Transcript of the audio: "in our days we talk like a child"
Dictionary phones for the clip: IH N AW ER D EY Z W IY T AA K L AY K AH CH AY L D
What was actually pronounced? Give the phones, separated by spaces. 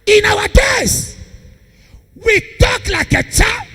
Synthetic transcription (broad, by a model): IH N AW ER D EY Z W IY T AA K L AY K AH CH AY